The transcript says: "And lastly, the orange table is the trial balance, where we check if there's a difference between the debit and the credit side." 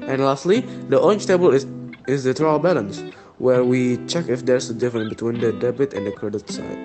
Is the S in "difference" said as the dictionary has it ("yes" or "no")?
no